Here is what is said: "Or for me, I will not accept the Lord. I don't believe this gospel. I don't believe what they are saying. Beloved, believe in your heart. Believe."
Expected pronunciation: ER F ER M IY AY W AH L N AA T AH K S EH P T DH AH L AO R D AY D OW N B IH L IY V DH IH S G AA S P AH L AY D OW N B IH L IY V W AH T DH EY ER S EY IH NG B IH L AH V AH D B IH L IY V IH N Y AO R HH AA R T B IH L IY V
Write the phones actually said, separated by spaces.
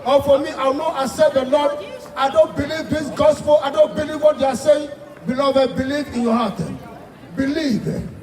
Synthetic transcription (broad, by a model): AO F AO M IY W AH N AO T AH S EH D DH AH L AO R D AY D OW N B IH L IY V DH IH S G AA S P AH L AY D OW N B IH L IY V W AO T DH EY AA S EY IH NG B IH L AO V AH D B IH L IY V IH N Y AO HH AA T B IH L IY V